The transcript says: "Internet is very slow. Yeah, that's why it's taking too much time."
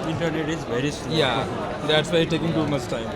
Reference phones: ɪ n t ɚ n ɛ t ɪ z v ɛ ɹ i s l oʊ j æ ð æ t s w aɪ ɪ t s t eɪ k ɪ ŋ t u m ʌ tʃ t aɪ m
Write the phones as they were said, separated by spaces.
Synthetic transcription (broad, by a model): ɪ n t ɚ n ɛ t ɪ z v ɛ ɹ i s oʊ j æ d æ t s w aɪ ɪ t t eɪ k ɪ ŋ t u m ʌ tʃ t aɪ m